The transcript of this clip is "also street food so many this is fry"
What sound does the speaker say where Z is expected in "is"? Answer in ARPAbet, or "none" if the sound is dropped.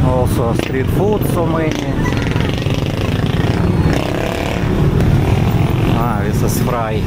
S